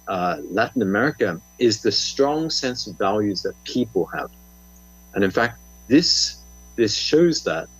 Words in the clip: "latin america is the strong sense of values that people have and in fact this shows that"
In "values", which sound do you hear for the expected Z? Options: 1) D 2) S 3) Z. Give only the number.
3